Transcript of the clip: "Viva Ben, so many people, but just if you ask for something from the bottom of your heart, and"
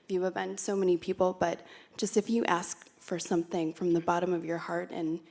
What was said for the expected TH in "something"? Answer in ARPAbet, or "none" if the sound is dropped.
TH